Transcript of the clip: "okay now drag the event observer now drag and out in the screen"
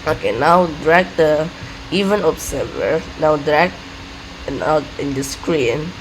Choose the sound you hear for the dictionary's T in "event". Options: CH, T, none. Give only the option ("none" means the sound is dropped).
none